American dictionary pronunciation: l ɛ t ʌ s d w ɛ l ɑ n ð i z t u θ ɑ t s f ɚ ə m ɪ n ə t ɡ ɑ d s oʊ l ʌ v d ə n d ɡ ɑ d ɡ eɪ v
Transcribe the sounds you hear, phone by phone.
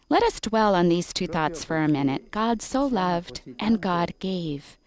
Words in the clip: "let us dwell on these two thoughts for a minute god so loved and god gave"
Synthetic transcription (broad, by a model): l ɛ t ʌ s d w ɛ l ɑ n ð i z t u θ ɑ t s f ɚ ə m ɪ n ə t ɡ ɑ d s oʊ l ʌ v d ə n ɡ ɑ d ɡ eɪ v